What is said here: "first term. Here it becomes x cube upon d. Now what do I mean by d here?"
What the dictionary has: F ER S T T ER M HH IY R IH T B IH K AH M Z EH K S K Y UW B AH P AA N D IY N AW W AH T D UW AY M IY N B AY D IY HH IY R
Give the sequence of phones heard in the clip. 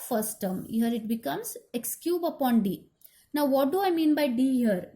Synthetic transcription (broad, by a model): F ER S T T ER M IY R IH T B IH K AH M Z EH K S K Y UW B AH P AA N D IY N AW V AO T D UW AY M IY N B AY D IY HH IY R